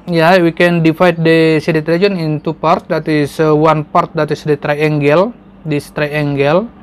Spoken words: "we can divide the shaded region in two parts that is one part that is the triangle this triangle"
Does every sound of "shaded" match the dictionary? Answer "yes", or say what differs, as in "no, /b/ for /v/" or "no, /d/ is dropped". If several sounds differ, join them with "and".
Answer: no, /s/ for /ʃ/